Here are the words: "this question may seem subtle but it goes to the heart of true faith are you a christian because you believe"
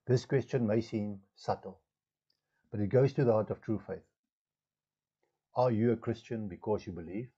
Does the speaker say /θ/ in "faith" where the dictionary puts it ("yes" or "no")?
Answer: yes